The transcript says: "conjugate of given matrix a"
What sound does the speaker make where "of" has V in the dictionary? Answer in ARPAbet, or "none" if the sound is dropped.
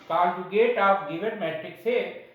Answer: P